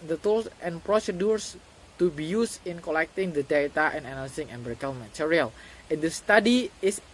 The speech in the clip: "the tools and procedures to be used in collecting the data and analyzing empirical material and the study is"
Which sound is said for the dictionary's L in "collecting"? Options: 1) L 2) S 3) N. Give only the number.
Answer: 1